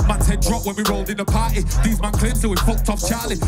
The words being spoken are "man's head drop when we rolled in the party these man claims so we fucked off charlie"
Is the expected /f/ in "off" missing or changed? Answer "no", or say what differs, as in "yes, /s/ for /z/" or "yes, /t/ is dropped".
yes, /p/ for /f/